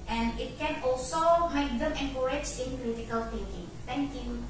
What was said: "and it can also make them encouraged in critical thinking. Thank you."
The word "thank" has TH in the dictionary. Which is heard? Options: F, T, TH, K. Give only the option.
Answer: T